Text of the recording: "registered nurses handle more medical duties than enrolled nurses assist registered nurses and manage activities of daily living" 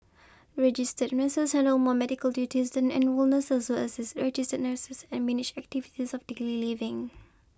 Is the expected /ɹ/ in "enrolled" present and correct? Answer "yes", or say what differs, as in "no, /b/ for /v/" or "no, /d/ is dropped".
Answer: no, /w/ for /ɹ/